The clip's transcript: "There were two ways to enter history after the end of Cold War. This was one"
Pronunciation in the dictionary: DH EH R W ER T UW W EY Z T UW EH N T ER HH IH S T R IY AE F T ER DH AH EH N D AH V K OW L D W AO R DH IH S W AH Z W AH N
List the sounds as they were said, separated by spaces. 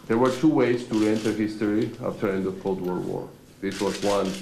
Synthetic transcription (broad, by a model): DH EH R W ER T UW W EY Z T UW EH N T ER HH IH S T R IY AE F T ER EH N D AH V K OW L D W AO R DH IH S W AH Z W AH N